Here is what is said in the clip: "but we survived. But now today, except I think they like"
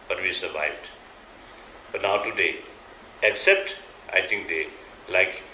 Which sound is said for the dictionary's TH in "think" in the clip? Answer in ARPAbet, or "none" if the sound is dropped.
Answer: T